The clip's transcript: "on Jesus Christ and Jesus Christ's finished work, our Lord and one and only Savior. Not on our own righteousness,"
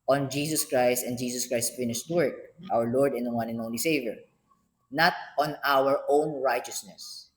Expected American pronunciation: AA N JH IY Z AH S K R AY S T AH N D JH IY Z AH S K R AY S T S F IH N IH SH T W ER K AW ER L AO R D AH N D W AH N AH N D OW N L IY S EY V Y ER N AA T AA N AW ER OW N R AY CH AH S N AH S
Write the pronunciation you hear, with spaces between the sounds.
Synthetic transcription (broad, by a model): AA N JH IY S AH S K R AY S T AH N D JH IY S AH S K R AY S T F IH N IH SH T W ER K AW ER L AO R D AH N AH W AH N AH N OW N L IY S EY V Y ER N AA T AA N AW ER OW N R AY CH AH S N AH S